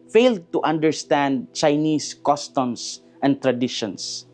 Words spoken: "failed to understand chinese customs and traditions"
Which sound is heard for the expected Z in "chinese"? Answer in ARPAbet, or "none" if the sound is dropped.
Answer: S